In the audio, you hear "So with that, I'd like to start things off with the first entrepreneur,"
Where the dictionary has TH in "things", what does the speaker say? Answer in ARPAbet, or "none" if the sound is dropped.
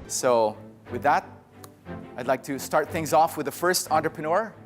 TH